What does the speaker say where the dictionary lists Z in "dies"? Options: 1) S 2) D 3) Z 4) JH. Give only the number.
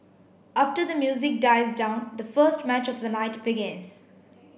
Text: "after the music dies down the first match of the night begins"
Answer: 3